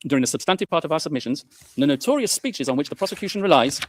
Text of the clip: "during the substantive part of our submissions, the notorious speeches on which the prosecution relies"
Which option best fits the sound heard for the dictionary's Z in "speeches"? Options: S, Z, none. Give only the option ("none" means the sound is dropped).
Z